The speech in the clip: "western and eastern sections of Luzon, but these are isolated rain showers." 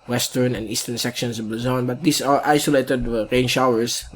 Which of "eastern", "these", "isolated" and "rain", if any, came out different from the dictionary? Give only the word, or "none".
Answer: these